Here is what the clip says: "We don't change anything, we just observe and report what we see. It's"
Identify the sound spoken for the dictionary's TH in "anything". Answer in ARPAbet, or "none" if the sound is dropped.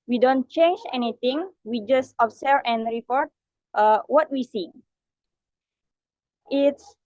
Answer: T